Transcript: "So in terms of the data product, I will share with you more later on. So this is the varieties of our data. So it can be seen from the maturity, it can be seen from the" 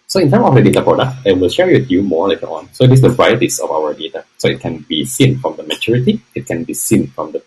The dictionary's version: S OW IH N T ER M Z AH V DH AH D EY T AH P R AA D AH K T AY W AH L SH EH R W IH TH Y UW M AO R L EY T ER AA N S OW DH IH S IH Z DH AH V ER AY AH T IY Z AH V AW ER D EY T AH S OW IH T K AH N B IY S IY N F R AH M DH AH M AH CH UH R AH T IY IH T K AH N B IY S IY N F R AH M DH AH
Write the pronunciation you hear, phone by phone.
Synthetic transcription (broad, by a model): S OW IH N T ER M AH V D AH D EY T AH P R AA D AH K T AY W AH L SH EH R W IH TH Y UW M AO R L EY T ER AA N S OW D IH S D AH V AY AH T IY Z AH F AW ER D EY T AH S OW IH T K AH N B IY S IY N F R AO M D AH M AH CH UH R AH T IY IH T K AH N B IY S IY N F R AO M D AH